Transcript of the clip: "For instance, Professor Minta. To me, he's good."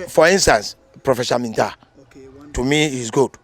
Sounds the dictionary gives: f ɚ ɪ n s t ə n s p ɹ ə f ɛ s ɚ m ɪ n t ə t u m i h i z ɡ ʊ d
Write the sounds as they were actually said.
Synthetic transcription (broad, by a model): f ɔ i n s t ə n s p ɹ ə f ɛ ʃ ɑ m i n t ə t u m i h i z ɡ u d